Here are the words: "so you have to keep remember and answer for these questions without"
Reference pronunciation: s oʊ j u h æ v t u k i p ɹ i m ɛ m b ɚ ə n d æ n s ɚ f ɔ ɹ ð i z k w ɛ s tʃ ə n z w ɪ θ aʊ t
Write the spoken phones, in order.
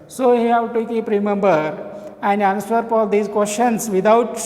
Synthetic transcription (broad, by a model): s oʊ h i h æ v t u k i p ɹ i m ɛ m b ɚ ə n d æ n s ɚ p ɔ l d i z k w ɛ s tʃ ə n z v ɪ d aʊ t